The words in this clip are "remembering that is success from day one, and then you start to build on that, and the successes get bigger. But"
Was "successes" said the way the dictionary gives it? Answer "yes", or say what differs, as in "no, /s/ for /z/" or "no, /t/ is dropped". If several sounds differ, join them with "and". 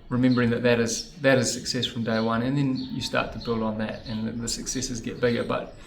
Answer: yes